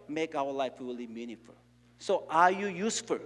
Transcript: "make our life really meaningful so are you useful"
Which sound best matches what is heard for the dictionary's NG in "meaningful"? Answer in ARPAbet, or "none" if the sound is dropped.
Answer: none